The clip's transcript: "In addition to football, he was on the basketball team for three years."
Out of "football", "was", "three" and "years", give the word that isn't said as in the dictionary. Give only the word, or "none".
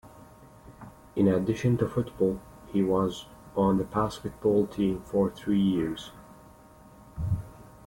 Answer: none